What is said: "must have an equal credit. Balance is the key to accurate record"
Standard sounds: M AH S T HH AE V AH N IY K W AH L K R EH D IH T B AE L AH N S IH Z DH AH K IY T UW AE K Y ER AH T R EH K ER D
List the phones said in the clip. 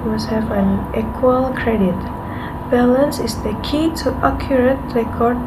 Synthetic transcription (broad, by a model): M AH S HH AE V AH N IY K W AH L K R EH D IH T B AE L AH N S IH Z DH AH K IY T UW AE K Y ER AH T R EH K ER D